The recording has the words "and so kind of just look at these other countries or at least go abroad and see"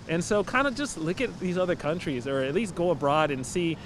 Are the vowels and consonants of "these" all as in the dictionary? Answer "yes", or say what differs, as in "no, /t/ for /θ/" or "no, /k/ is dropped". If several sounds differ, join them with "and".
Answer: yes